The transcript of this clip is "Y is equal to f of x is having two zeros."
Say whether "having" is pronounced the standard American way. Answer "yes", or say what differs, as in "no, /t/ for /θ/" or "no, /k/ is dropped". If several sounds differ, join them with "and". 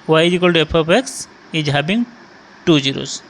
no, /b/ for /v/